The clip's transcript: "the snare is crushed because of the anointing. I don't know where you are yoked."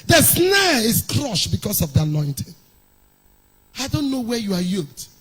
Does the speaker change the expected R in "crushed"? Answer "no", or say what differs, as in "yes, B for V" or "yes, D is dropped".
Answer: no